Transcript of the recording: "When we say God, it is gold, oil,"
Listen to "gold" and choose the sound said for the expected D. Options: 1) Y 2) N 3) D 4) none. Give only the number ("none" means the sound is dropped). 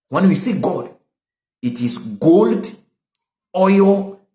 3